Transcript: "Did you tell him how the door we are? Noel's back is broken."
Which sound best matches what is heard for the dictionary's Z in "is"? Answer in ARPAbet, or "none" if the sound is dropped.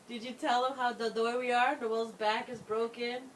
Z